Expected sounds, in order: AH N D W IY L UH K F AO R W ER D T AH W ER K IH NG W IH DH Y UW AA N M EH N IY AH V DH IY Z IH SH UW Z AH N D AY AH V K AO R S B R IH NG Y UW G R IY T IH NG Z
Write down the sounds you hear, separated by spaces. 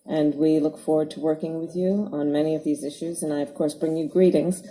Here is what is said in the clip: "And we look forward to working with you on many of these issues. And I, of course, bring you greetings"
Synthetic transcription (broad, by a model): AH N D W IY L UH K F AO R W ER D T AH W ER K IH NG W IH DH Y UW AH N M EH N IY AH V DH IY Z IH SH UW Z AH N AY AH V K AO R S B R IH NG Y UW G R IY T IH NG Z